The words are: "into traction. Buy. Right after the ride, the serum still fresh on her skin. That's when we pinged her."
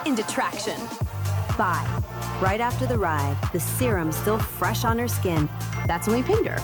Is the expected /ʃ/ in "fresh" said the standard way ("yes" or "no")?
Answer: yes